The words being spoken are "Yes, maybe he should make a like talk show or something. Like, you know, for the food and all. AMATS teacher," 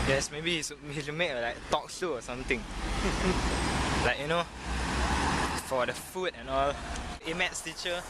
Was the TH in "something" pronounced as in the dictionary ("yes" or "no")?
no